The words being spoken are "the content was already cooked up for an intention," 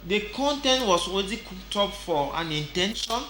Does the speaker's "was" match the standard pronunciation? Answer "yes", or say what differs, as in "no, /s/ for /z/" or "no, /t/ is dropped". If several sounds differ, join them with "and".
no, /s/ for /z/